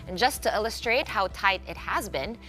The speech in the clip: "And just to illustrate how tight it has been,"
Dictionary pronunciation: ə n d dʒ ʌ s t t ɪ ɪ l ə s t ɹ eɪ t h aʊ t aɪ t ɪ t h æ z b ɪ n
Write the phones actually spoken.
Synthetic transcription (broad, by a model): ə n dʒ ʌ s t t ɪ ɪ l ə s t ɹ eɪ t h aʊ t aɪ t ɪ t h æ z b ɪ n